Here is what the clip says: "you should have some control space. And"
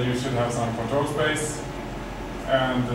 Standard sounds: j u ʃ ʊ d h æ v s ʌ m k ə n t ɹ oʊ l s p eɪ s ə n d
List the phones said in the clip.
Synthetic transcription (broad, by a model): j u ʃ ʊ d h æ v s ʌ m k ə t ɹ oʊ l s p eɪ s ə n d